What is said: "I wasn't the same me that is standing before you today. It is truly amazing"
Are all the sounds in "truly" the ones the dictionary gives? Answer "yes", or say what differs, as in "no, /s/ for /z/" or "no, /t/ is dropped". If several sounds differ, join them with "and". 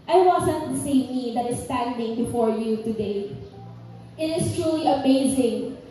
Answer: yes